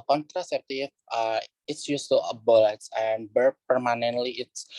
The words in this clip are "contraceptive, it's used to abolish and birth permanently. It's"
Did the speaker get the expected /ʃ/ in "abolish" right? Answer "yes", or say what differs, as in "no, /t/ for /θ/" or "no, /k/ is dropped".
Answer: no, /s/ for /ʃ/